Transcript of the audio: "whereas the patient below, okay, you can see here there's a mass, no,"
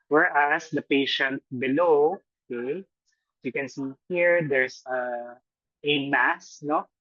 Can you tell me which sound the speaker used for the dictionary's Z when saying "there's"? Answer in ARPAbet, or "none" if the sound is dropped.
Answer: S